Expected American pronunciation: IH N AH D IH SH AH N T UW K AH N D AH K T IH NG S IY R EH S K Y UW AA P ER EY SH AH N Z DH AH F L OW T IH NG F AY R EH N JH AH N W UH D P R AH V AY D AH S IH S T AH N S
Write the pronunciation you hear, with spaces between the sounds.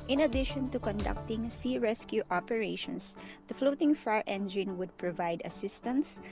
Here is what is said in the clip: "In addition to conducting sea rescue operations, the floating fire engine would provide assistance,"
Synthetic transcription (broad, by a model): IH N AH D IH SH AH N T UW K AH N D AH K T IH NG S IY R EH S K Y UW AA P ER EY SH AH N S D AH F L OW T IH NG F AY R EH N JH AH N W UH D P R AH V AY D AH S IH S T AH N S